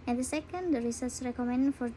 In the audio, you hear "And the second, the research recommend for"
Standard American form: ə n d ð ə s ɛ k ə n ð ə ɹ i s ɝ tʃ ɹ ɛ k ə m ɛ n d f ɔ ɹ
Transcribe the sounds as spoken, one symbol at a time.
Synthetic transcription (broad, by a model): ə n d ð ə s ɛ k ə n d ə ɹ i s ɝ s ɹ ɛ k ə m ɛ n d f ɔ ɹ